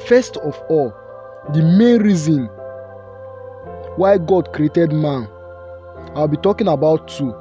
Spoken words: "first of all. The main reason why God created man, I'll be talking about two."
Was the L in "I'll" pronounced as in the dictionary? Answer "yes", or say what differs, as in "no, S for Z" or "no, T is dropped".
no, W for L